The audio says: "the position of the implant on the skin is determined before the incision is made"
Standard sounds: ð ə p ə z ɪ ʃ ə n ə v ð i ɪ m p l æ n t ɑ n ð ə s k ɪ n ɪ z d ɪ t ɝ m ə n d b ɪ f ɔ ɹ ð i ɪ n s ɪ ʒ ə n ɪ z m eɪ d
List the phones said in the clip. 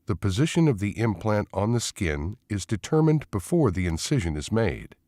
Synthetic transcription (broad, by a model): ð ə p ə z ɪ ʃ ə n ə v ð i ɪ m p l æ n t n ð ə s k ɪ n ɪ z d ɪ t ɝ m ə n b ɪ f ɔ ɹ ð i ɪ n s ɪ ʒ ə n ɪ z m eɪ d